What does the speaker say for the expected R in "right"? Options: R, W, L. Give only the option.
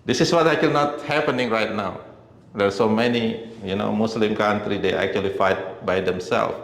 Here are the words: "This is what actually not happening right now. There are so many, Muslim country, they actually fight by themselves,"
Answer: R